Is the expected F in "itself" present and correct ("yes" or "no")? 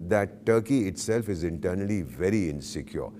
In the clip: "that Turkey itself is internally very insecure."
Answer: yes